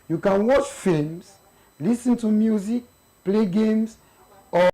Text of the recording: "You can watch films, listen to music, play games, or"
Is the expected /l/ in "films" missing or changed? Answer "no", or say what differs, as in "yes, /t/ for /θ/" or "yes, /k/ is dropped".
yes, /l/ is dropped